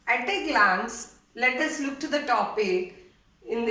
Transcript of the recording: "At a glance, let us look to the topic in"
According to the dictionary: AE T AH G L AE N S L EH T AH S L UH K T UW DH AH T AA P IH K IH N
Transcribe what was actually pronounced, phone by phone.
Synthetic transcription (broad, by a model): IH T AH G L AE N S L EH T AH S L UH K T UW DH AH T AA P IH IH N